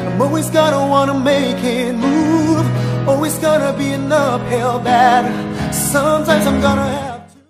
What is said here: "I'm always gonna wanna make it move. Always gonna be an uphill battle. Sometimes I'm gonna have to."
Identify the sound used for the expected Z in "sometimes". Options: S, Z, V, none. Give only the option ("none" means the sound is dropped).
Z